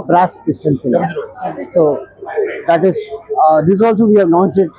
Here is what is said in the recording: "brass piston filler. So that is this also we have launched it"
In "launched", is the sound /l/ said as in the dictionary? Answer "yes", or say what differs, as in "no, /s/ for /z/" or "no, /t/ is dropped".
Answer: no, /n/ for /l/